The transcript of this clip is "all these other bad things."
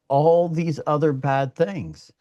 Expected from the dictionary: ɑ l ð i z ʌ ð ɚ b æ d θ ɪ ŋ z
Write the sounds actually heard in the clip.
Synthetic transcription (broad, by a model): ɑ l ð i z ʌ ð ɚ b æ d θ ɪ ŋ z